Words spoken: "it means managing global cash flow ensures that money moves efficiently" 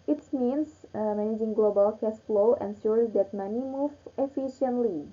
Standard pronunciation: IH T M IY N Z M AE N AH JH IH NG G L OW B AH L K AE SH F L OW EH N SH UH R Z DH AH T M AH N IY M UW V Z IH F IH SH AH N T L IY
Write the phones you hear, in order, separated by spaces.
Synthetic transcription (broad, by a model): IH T M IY N S M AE N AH JH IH NG G L OW B AH L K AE S F L OW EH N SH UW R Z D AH T M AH N IY M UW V IH F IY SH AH N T L IY